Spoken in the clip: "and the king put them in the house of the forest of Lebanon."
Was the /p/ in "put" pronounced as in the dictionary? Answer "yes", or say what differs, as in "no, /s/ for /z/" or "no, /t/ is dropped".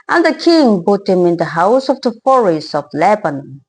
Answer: no, /b/ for /p/